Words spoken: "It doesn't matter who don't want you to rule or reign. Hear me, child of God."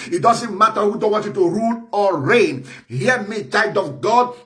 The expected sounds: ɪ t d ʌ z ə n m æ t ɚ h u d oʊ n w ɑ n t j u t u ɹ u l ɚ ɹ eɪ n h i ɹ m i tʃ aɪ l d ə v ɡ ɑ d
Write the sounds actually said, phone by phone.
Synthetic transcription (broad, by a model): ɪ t d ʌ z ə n m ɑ t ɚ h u d oʊ n w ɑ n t j u t u ɹ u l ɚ ɹ eɪ n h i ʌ m i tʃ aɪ d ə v ɡ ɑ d